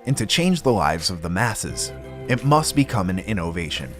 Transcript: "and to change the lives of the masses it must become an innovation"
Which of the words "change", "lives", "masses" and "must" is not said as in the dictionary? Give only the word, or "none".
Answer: none